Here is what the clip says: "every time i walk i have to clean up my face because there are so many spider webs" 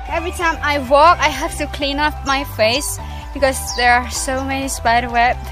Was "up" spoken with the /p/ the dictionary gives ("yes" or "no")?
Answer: no